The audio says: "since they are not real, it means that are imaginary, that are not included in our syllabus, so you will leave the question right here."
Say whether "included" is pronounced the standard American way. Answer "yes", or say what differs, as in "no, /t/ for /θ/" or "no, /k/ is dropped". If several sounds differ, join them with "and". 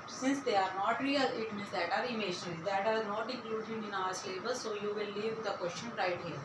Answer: no, /n/ is dropped